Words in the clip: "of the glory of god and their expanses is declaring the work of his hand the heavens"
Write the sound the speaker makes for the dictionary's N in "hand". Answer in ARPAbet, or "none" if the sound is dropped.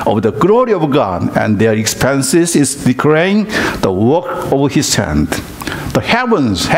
N